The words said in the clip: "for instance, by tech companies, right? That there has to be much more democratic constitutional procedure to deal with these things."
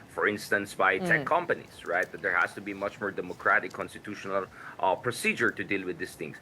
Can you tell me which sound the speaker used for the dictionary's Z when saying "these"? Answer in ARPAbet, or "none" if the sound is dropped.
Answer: S